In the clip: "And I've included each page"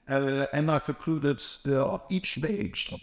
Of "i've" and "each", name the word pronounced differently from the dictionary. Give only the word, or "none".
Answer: i've